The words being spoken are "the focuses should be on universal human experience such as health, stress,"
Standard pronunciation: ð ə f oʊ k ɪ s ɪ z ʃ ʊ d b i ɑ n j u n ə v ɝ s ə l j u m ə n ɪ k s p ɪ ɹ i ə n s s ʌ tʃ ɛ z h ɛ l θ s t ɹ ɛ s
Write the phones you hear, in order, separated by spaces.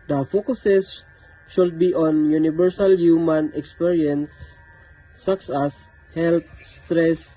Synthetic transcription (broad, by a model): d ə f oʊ k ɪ s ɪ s ʃ ʊ d b i ɑ n j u n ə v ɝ s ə l j u m ə n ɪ k s p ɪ ɹ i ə n s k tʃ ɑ s h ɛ l t s t ɹ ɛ s